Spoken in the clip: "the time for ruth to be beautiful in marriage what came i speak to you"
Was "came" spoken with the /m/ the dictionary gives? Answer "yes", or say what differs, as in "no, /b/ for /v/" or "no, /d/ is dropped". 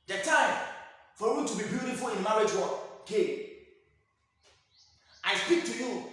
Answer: no, /m/ is dropped